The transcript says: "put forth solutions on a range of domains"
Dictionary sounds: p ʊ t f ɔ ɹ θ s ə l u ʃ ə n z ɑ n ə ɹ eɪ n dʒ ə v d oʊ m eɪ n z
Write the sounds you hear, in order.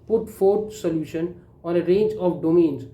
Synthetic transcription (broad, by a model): p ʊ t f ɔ ɹ t s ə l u ʃ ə n ɑ n ə ɹ eɪ n dʒ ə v d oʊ m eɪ n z